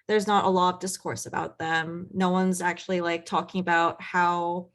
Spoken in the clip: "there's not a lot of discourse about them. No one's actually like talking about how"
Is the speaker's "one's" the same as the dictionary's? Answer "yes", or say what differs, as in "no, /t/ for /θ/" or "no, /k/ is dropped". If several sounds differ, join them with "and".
yes